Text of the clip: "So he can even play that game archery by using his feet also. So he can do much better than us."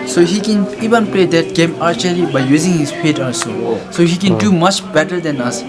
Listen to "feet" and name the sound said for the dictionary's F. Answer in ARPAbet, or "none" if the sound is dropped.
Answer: P